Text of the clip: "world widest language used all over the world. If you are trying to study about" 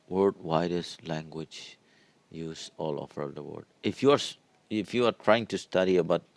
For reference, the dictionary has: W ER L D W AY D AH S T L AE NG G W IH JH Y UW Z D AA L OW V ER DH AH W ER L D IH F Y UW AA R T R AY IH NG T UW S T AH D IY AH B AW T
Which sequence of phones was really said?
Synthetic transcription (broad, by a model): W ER D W AY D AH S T L AE NG G W IH JH Y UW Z AA L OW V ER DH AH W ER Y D IH F Y UW AA R T R AY IH NG T UW S T AH D IY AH B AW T